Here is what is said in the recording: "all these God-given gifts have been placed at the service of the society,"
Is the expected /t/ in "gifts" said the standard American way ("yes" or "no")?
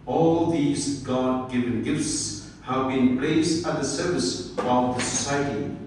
yes